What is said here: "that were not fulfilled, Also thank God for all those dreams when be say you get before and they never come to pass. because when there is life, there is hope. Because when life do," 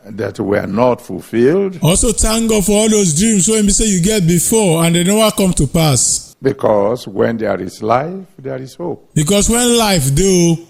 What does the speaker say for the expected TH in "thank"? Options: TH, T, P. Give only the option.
T